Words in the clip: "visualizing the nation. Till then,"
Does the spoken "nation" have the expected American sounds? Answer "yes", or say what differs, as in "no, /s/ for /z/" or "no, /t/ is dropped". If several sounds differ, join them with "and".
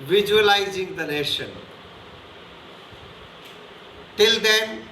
yes